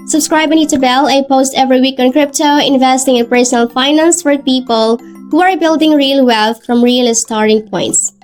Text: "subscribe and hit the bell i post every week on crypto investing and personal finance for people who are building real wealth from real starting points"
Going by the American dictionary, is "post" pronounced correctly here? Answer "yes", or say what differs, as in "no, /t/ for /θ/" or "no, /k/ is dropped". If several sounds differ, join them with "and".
yes